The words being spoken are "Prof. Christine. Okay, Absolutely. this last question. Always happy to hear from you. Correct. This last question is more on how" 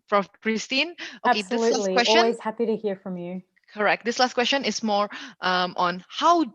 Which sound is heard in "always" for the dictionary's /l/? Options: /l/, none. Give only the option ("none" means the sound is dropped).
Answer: none